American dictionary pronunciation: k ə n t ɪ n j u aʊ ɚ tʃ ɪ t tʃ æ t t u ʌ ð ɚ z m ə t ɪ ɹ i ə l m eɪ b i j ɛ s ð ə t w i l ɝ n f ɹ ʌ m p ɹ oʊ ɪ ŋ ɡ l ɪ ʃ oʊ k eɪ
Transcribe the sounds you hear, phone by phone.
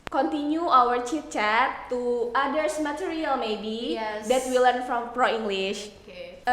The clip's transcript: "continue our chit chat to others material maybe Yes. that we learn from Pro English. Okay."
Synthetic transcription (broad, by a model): k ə n t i n j u aʊ ɚ tʃ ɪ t tʃ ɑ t t u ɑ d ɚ s m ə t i ɹ i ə l m eɪ b i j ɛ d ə t w i l ɝ n f ɹ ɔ m p ɹ oʊ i ŋ ɡ l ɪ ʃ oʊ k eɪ